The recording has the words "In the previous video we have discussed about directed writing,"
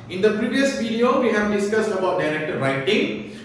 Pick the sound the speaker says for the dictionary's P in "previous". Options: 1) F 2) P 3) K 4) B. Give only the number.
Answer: 2